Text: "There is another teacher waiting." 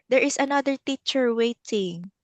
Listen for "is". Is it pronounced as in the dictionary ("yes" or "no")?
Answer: no